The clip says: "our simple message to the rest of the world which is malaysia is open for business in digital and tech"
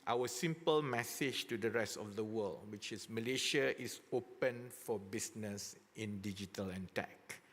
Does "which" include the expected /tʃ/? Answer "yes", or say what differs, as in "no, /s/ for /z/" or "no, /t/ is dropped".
yes